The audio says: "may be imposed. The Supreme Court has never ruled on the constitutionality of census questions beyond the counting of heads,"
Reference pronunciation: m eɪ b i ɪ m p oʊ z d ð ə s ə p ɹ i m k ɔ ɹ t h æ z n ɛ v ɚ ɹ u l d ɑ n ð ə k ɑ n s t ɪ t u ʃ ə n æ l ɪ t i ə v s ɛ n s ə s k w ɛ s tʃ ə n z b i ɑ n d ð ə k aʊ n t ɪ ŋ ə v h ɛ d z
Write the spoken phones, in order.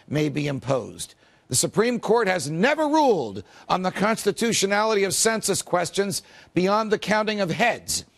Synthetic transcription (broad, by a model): m eɪ b i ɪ m p oʊ z ð ə s ə p ɹ i m k ɔ ɹ t h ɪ z n ɛ v ɚ ɹ u l d n ð ə k ɑ n s t ɪ t u ʃ ə n æ l ɪ t i ə v s ɛ n s ə s k w ɛ s tʃ ə n z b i ɑ n ð ə k aʊ n t ɪ ŋ ə v h ɛ d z